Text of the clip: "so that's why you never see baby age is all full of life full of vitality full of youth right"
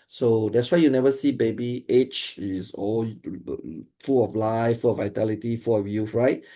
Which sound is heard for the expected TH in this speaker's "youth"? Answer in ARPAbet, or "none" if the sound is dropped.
F